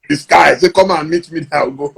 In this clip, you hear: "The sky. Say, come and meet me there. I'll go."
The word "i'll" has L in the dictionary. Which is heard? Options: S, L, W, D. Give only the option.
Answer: W